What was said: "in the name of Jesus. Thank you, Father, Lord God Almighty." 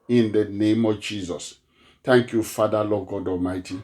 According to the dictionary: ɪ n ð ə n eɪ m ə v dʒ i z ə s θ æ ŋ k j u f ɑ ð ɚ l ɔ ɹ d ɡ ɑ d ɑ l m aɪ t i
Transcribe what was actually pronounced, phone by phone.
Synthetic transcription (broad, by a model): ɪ n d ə n eɪ m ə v dʒ i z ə s t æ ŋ k j u f ɑ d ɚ l ɔ ɡ ɑ d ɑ l m aɪ t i